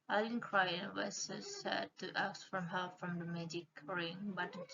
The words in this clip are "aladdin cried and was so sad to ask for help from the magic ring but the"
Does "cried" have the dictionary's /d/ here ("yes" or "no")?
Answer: no